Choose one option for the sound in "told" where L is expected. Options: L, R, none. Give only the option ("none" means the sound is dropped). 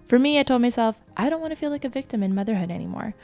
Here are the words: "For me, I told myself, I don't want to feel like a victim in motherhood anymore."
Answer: L